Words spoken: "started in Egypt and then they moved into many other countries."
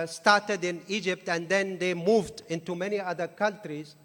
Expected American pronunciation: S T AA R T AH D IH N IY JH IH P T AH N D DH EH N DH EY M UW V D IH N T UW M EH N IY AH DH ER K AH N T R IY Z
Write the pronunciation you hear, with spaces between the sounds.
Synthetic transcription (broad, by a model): S T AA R T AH D IH N IY JH IH P T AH N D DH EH N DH EY M UW V D IH N T UW M EH N IY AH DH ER K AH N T R IY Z